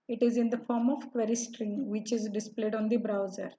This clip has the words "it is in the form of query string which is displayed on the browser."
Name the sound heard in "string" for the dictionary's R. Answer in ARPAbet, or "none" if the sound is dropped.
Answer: R